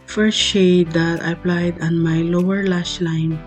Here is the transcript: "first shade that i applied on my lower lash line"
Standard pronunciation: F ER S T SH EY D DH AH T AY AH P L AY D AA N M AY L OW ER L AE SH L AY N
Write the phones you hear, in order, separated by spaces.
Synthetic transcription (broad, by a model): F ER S SH EY D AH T AY P L AY D AA N M AY L OW ER L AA S L AY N